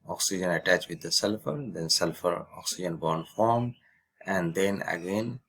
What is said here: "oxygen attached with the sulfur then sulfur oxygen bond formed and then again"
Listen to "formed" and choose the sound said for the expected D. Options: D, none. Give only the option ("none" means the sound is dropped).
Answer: D